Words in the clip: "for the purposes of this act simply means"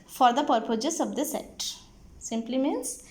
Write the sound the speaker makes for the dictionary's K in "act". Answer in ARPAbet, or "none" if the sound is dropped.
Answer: none